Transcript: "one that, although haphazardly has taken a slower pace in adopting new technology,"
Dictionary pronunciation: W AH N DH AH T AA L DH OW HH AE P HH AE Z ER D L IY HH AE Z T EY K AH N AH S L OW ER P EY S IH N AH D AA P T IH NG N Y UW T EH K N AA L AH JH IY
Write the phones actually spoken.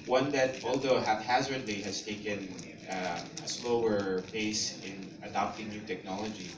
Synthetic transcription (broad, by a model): W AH N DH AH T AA L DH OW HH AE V HH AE Z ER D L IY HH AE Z T EY K AH N AH S L OW ER B EY S IH N AH D AA P T IH NG N Y UW T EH K N AA L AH JH IY